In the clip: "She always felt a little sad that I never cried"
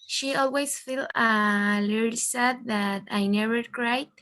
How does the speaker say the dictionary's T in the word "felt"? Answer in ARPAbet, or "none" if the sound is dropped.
none